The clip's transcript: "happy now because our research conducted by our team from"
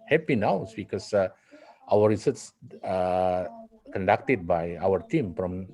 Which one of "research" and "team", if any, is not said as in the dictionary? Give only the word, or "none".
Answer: research